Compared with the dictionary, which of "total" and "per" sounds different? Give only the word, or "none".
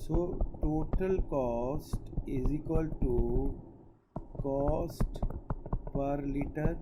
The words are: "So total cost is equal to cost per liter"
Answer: none